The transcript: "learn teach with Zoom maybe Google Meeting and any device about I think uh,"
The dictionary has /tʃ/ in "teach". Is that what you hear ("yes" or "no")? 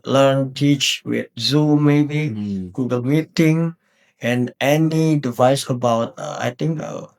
yes